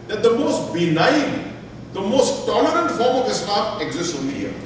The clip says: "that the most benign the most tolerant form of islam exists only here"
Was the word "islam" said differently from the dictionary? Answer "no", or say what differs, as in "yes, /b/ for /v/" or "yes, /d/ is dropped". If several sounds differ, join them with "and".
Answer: yes, /l/ is dropped